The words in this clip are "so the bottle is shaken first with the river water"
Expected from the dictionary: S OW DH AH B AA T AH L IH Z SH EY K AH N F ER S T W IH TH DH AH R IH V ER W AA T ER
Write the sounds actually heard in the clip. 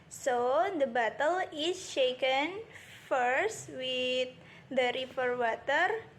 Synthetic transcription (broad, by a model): S OW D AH B AA T AH L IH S SH EY K AH N F ER S T W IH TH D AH R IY F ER W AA T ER